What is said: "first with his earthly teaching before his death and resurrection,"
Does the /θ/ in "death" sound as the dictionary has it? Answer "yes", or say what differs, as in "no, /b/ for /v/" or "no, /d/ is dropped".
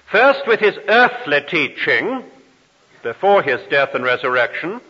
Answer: yes